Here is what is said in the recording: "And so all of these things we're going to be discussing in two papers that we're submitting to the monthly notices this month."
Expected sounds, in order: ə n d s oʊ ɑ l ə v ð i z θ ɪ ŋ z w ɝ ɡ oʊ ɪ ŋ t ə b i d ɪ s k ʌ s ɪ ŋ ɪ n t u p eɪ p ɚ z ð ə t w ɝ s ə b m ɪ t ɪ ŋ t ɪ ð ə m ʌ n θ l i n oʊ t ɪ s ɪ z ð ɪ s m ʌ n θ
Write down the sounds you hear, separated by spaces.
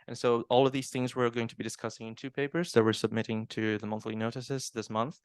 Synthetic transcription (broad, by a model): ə n s oʊ ɑ l ə v ð i z θ ɪ ŋ z w ɝ ɡ oʊ ɪ ŋ t ə b i d ɪ s k ʌ s ɪ ŋ ɪ n t u p eɪ p ɚ z ð ə t w ɝ s ə b m ɪ t ɪ ŋ t ɪ ð ə m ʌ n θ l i n oʊ t ɪ s ɪ z ð ɪ s m ʌ n θ